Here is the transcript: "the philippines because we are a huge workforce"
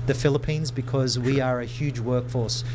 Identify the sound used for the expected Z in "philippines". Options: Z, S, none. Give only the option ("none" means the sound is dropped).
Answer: Z